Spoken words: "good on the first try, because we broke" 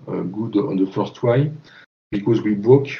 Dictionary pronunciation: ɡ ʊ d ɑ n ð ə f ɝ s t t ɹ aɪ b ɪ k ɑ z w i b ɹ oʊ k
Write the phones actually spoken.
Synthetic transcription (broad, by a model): ɡ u d ɑ n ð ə f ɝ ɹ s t w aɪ b ɪ k ɑ z w i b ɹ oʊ k